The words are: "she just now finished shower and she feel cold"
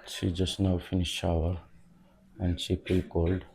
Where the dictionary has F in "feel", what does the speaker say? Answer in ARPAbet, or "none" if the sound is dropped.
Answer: P